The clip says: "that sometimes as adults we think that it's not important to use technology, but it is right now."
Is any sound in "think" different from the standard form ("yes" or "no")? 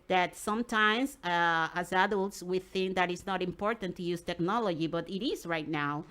no